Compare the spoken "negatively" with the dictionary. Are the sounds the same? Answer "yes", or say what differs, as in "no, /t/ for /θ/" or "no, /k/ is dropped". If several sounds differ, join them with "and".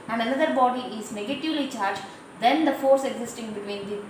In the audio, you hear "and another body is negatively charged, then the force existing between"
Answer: yes